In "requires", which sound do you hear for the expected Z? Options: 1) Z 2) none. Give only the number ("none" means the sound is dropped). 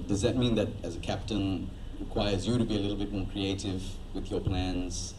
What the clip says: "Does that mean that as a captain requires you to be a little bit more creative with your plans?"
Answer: 1